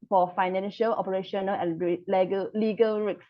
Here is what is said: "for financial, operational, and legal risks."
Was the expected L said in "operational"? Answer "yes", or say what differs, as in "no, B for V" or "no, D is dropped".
no, N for L